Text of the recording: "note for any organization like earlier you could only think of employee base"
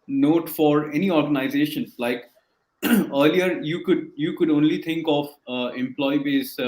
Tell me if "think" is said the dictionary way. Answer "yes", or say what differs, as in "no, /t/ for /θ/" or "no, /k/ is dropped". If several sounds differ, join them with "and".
no, /t/ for /θ/